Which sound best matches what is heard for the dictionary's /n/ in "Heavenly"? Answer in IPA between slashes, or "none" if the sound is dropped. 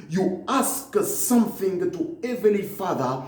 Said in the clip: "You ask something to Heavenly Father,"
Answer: none